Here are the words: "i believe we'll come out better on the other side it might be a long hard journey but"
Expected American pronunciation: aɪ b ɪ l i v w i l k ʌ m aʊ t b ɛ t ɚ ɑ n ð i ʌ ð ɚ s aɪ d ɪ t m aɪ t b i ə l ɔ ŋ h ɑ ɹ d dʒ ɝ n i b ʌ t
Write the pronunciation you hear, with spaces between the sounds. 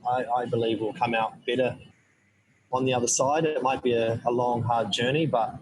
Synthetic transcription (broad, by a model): aɪ b ɪ l i v w i l k ʌ m aʊ t b ɛ t ɚ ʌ n ð i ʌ ð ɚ s aɪ d ɪ t m aɪ t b i ə l ɔ ŋ h ɑ ɹ d dʒ ɝ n i b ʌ t